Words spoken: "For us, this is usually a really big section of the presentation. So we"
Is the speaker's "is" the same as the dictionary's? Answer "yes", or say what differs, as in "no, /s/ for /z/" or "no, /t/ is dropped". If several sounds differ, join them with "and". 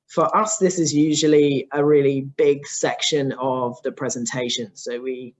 yes